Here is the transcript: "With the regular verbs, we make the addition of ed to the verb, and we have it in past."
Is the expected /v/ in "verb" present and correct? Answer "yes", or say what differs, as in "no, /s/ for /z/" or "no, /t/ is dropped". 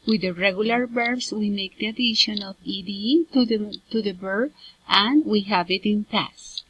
no, /b/ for /v/